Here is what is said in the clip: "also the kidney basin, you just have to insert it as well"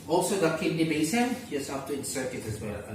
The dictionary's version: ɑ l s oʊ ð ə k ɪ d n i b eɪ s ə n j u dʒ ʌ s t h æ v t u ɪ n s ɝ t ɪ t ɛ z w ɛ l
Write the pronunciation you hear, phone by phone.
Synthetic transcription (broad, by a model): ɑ l s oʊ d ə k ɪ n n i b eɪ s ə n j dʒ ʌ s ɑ f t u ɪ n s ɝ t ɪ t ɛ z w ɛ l